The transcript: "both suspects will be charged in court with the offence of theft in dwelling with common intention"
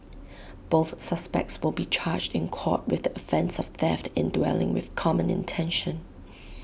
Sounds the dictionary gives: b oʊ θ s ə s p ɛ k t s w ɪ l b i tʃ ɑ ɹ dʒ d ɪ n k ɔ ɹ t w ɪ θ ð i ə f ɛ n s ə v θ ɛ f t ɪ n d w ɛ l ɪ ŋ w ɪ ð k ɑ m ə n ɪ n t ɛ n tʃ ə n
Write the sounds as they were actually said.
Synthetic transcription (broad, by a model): b oʊ θ s ə s p ɛ k t s w ɪ l b i tʃ ɑ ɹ dʒ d ɪ n k ɔ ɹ t w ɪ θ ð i ə f ɛ n s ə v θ ɛ f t ɪ n d w ɛ l ɪ ŋ w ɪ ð k ɑ m ə n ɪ n t ɛ n ʃ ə n